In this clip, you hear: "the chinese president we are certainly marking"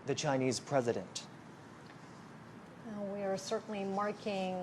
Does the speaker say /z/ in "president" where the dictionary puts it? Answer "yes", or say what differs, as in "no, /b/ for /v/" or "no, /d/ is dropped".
yes